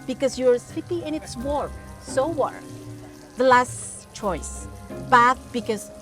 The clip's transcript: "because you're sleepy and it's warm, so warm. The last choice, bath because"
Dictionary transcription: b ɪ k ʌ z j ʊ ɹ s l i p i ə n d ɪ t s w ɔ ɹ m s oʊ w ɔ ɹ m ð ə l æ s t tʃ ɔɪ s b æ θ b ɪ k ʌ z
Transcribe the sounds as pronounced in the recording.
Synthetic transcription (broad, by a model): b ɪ k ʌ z j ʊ ɹ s i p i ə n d ɪ t s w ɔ ɹ s oʊ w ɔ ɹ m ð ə l æ s t tʃ ɔɪ s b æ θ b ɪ k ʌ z